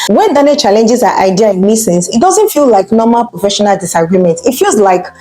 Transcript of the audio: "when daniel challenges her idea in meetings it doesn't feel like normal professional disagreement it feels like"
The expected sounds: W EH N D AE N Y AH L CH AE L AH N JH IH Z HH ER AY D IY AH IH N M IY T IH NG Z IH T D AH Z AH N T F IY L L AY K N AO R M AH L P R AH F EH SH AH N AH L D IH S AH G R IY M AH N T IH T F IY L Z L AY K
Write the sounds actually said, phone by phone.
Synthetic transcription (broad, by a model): W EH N D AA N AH CH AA L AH N JH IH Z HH AY D IY AH IH N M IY S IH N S IH T D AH Z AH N T F IY L L AY K N AO M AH L P R AH F EH SH AH N AH L D IH S AH G R IY M AH N T IH T F IY L Z L AY K